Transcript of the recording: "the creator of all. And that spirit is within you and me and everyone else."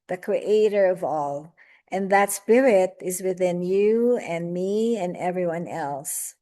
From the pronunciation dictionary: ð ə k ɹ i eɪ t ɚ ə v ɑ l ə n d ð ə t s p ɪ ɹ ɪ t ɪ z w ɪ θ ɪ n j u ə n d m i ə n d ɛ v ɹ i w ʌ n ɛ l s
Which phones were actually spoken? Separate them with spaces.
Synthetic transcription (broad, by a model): ð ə k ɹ i eɪ t ɚ ə v ɑ l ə n ð ə t s p ɪ ɹ ɪ t ɪ z w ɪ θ ɪ n j u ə n m i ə n ɛ v ɹ i w ʌ n ɛ l s